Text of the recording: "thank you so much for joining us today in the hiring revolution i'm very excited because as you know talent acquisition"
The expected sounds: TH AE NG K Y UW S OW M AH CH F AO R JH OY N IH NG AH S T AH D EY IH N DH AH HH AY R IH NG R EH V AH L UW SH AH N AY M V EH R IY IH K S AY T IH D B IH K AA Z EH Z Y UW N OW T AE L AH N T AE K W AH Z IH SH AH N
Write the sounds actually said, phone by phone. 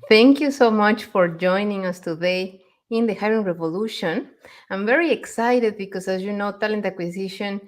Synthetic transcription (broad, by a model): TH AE NG K Y UW S OW M AH CH F AO R JH OY N IH NG AH S T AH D EY IH N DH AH HH AY R IH NG R EH V AH L UW SH AH N AY M V EH R IY IH K S AY T IH D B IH K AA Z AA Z Y UW N OW T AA L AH N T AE K W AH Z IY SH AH N